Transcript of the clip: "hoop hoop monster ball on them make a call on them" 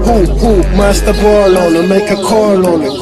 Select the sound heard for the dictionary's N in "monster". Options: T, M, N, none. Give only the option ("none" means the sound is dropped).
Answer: none